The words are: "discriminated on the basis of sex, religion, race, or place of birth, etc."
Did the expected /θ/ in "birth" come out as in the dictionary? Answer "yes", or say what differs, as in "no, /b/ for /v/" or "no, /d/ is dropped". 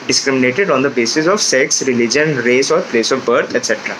no, /t/ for /θ/